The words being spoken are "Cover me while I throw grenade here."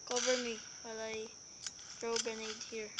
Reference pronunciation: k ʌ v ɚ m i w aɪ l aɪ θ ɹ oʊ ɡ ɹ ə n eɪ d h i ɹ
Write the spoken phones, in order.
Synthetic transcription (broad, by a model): k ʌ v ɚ m i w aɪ l aɪ t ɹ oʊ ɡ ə n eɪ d h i ɹ